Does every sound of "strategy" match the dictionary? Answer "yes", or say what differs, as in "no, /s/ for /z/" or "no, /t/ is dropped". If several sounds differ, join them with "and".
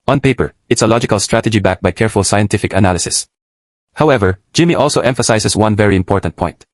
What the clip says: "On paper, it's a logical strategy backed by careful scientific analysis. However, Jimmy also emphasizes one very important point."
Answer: yes